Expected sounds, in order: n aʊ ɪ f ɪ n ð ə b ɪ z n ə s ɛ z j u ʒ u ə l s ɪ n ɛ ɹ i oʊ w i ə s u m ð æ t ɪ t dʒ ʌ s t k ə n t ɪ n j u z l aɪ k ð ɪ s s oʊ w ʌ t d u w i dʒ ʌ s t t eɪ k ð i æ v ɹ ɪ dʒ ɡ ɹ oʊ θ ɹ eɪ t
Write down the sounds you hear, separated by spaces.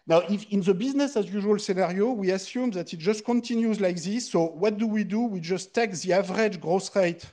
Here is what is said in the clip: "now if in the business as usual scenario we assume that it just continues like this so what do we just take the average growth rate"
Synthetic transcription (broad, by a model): n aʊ ɪ f ɪ n ð ə b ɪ z n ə s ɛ z j u ʒ u ə l s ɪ n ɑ ɹ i oʊ w i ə s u m ð æ t ɪ t dʒ ʌ s t k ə n t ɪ n j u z l aɪ k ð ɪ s s oʊ w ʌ t d u w i dʒ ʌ s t t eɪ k ð i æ v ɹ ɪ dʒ ɡ ɹ oʊ s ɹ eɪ t